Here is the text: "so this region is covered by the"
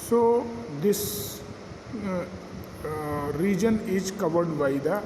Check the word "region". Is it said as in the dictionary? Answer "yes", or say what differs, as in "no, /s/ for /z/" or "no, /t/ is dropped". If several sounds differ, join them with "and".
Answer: yes